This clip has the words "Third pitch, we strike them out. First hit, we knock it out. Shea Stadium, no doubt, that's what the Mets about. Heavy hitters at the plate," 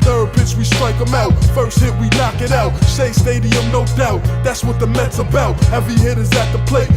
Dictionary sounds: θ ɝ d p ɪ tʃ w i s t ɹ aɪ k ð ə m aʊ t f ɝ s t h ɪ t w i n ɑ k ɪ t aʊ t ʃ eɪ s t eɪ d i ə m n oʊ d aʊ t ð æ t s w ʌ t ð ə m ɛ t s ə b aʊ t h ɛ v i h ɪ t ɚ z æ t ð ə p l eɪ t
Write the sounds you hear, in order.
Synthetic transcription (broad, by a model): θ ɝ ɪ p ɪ s w i s t ɹ aɪ k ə m aʊ t f ɝ s t h ɪ t w i n ɑ k ɪ t aʊ t s eɪ s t eɪ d i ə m n oʊ d aʊ t ð æ t s w ʌ t ð ə m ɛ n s ə b aʊ t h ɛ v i h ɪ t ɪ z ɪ t ð ə p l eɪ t